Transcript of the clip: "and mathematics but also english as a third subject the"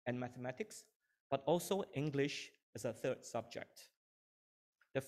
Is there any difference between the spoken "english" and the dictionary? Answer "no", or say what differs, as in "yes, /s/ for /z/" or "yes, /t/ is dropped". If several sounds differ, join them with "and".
no